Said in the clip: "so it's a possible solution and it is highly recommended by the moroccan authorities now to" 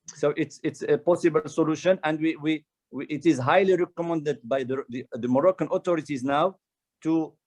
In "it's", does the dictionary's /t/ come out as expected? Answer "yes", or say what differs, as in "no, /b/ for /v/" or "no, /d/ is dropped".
yes